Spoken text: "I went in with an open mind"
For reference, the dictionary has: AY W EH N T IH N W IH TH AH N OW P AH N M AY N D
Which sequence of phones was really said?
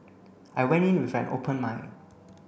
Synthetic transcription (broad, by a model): AY W EH N T IH N W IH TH AH N OW P AH N M AY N